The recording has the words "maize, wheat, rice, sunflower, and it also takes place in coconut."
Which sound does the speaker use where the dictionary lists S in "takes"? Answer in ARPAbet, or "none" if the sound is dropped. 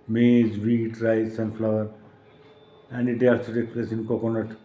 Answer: none